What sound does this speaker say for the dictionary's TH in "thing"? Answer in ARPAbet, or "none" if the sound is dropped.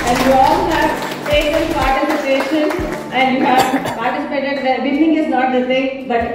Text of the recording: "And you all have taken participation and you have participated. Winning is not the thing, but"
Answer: S